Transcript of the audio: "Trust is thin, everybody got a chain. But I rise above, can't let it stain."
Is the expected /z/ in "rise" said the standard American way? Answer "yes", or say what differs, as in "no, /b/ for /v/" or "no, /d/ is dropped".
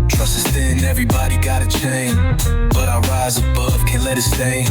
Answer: yes